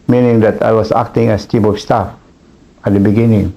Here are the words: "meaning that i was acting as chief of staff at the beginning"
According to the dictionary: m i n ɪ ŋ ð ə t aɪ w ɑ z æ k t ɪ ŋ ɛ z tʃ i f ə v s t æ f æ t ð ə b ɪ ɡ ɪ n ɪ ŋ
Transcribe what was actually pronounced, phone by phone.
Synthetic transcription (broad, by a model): m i n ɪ ŋ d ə t aɪ w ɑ s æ k t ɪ ŋ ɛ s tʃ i p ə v s t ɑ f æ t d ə b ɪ ɡ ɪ n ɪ ŋ